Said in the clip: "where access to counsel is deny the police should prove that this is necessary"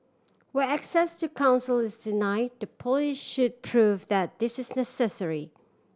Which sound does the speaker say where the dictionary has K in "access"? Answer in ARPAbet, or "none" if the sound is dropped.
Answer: K